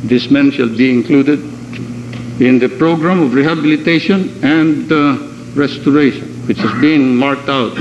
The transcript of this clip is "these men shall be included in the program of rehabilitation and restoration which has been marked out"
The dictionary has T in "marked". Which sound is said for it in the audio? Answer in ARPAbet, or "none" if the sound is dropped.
T